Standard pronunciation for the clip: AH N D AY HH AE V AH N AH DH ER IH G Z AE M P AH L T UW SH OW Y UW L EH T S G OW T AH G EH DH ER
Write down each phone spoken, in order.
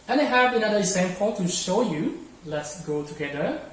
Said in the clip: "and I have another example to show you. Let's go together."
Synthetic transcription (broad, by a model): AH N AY HH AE B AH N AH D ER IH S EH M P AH N T UW SH OW Y UW L EH T S G OW T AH G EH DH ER